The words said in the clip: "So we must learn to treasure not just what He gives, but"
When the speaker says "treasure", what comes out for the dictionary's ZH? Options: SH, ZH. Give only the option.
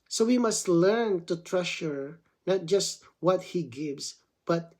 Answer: SH